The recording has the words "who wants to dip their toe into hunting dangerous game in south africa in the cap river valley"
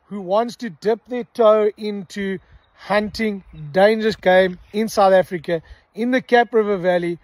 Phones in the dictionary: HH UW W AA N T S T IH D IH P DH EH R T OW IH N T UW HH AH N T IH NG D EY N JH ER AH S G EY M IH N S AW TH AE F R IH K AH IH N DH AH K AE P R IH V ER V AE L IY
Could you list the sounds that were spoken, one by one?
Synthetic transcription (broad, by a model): HH UW W AA N T S T IH D IH P DH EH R T OW IH N T UW HH AH N T IH NG D EY N JH ER AH S G EY M IH N S AW TH AE F R IH K AH IH N DH AH K AE P R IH V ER V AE L IY